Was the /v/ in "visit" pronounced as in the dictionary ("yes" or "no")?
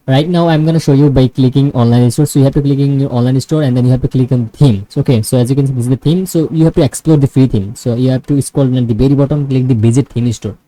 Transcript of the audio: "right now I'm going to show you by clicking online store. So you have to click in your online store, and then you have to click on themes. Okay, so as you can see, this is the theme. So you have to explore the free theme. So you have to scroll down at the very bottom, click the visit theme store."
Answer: no